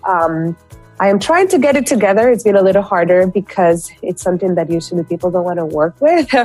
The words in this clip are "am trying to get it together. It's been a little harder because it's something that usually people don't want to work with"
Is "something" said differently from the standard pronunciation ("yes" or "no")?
no